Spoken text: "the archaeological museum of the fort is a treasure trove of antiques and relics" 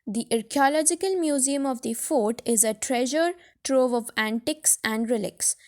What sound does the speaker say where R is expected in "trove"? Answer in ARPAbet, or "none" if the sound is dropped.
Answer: R